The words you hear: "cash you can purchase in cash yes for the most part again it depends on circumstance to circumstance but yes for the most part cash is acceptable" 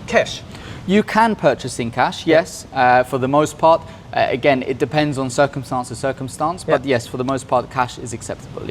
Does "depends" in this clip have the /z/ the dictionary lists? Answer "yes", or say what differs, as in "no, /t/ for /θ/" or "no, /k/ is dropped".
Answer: yes